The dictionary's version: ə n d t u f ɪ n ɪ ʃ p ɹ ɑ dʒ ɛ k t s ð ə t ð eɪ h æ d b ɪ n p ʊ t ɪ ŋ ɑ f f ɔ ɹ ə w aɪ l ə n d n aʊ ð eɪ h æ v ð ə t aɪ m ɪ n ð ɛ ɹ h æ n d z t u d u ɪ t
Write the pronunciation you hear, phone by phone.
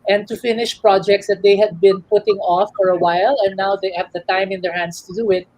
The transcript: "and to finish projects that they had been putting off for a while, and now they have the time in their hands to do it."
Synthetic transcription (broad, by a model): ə n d t u f ɪ n ɪ ʃ p ɹ ɑ dʒ ɛ k t s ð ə t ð eɪ h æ d b ɪ n p ʊ t ɪ ŋ ɑ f f ɔ ɹ ə w aɪ l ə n n aʊ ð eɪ h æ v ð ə t aɪ m ɪ n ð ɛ ɹ h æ n d s t u d u ɪ t